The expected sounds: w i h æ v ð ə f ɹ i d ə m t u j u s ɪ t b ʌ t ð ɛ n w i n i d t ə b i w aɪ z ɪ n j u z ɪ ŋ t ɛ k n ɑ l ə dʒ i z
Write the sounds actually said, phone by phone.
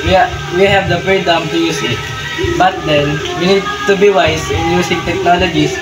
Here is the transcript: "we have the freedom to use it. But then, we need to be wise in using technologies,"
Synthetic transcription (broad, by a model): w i h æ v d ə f ɹ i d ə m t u j u s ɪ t b ʌ t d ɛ n w i n i d t ə b i w aɪ s ɪ n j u s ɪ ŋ t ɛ k n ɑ l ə dʒ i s